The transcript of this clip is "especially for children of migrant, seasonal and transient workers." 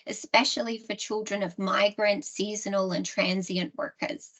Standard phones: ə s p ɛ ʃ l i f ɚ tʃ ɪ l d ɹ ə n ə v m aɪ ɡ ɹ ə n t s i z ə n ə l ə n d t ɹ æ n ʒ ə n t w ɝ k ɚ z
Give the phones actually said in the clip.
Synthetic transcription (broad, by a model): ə s p ɛ ʃ l i f ɚ tʃ ɪ l d ɹ ə n ə v m aɪ ɡ ɹ ə n t s i z ə n ə l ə n t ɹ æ n z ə n t w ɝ k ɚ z